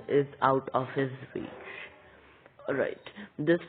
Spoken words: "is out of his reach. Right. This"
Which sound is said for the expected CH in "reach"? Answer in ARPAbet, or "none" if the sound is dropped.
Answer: S